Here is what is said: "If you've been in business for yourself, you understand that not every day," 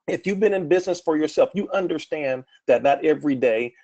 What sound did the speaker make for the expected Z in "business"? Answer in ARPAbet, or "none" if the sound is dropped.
Z